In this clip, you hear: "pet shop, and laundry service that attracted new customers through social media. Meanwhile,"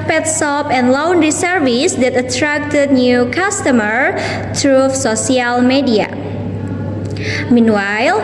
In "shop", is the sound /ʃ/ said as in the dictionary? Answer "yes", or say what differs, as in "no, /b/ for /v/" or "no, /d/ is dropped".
no, /s/ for /ʃ/